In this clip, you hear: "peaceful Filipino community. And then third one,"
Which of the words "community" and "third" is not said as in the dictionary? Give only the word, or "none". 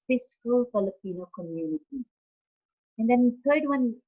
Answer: third